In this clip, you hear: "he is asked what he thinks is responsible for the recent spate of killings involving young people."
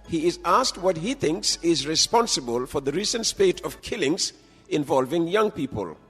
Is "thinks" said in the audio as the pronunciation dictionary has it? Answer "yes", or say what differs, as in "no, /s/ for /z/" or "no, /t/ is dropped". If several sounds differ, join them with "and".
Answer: yes